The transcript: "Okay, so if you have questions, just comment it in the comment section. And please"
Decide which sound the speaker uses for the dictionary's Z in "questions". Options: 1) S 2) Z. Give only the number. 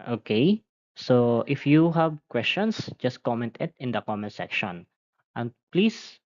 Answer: 1